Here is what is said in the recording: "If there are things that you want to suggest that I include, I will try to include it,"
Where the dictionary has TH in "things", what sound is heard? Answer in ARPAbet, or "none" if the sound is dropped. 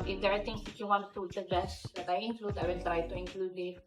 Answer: T